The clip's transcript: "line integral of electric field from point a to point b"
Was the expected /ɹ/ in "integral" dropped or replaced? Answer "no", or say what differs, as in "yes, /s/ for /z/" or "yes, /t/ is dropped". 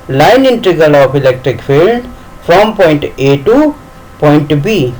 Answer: yes, /ɹ/ is dropped